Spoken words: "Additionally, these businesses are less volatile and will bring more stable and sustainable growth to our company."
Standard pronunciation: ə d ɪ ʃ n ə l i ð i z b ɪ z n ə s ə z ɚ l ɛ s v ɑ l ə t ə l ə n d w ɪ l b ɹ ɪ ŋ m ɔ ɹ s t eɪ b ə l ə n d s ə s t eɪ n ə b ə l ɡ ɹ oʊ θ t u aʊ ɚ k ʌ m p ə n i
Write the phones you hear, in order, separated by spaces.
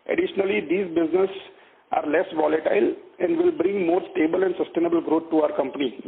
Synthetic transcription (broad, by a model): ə d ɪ ʃ n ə l i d i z b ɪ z n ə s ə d l ɛ s v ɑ l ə t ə l ə n d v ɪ l b ɹ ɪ ŋ m ɔ ɹ s t eɪ b ə l ə n d s ə s t eɪ n ə b ə l ɡ ɹ oʊ t t u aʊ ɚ k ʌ m p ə n i